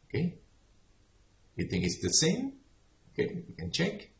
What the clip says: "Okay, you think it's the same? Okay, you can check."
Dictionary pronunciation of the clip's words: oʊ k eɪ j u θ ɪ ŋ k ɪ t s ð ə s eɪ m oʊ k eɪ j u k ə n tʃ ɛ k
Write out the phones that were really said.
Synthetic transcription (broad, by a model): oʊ k eɪ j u θ ɪ ŋ k ɪ t s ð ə s eɪ m oʊ k eɪ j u k ə n tʃ ɛ k